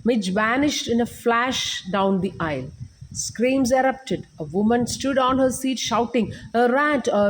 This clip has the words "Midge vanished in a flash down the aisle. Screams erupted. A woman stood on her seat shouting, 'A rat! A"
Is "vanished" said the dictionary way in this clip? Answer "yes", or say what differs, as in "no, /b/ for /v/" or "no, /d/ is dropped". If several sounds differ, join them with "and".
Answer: yes